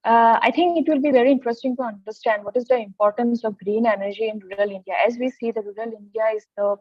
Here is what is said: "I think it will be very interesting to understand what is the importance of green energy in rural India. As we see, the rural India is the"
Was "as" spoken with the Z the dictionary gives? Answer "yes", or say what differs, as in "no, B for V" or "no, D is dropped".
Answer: yes